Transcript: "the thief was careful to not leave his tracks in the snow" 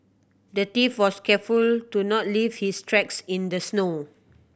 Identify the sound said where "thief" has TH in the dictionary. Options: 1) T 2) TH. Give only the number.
1